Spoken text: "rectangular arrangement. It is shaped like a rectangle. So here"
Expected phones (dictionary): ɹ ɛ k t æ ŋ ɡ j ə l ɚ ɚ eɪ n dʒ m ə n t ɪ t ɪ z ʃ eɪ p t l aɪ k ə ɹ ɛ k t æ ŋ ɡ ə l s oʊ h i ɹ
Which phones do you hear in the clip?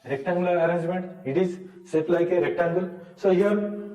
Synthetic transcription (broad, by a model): ɹ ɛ k t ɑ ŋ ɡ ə l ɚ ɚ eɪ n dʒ m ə n t ɪ t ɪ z s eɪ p l aɪ k ə ɹ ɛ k t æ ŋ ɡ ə l s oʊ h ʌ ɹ